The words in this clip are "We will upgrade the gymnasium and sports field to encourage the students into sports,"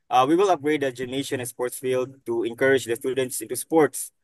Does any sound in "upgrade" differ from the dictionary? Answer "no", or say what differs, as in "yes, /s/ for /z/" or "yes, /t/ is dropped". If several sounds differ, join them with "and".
yes, /p/ is dropped